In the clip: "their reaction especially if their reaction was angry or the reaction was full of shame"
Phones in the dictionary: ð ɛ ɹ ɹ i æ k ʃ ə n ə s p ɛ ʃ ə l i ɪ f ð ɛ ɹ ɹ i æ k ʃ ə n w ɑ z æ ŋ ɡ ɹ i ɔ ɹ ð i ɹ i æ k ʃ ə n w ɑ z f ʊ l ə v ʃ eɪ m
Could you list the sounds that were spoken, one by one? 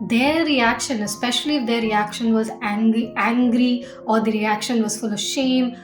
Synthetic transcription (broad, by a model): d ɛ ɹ ɹ i æ k ʃ ə n ə s p ɛ ʃ ə l i ɪ f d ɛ ɹ ɹ i æ k ʃ ə n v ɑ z æ ŋ ɡ ɹ i ɔ ɹ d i ɹ i æ k ʃ ə n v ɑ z f ʊ l ə v ʃ eɪ m